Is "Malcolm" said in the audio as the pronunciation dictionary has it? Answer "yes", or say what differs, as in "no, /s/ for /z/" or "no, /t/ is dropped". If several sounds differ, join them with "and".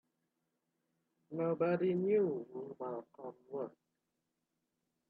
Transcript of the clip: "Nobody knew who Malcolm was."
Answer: no, /l/ is dropped